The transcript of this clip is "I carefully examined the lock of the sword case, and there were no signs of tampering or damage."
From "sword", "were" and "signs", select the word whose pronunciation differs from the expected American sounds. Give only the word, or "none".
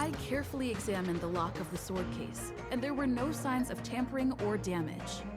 none